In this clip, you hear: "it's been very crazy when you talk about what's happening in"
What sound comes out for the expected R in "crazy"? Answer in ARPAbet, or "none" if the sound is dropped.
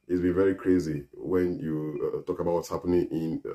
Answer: R